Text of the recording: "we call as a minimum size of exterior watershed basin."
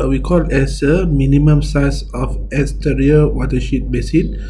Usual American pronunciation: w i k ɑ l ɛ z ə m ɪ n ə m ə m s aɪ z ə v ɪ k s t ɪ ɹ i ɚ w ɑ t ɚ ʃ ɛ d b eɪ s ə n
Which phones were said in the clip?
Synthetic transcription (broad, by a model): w i k ɑ l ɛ s ə m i n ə m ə m s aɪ s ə f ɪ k s t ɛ ɹ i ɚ w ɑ t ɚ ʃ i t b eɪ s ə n